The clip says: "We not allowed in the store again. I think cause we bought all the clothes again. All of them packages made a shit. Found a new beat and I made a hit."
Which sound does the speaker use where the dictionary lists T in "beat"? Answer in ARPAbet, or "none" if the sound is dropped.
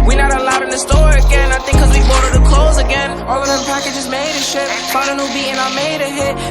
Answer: none